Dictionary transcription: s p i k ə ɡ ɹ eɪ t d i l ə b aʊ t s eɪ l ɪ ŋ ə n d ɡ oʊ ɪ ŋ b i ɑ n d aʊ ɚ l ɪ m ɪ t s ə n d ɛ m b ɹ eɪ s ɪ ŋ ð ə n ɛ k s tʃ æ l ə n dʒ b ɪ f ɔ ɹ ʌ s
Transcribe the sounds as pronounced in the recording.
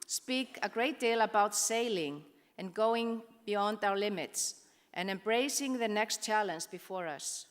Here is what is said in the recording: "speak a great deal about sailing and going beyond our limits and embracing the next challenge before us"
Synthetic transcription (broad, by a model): s p i k ə ɡ ɹ eɪ t d i l ə b aʊ t s eɪ l ɪ ŋ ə n ɡ oʊ ɪ ŋ b i ɑ n d aʊ ɚ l ɪ m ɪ t s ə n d ɛ m b ɹ eɪ s ɪ ŋ ð ə n ɛ k s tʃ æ l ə n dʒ b ɪ f ɔ ɹ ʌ s